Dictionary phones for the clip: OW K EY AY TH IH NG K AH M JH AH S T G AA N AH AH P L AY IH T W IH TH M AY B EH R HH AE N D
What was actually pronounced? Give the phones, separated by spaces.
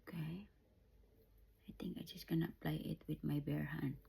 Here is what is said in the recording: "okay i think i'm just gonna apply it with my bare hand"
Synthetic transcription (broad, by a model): K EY AY T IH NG K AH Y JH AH S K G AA N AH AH P L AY IH T W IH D M AY B EH R HH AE N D